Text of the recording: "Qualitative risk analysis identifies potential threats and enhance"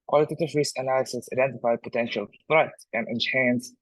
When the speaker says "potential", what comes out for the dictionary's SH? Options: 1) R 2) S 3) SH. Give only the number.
3